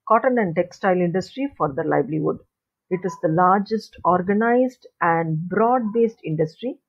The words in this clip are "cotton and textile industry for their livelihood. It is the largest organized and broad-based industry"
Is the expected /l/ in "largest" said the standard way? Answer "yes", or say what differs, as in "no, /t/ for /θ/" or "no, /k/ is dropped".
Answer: yes